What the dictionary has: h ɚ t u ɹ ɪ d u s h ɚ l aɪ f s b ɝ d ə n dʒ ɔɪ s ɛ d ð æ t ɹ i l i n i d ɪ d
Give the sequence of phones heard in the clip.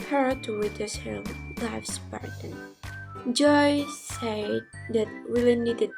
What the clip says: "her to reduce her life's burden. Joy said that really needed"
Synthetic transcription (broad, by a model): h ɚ t u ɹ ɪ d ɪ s h ɚ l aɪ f s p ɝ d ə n dʒ ɔɪ s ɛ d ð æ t w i l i n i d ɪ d